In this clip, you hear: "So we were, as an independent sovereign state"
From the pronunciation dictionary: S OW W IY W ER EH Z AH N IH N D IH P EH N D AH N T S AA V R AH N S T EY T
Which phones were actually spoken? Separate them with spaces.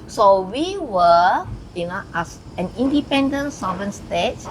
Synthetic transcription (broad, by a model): S OW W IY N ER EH S AH N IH N D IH P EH N D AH N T S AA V AH N S T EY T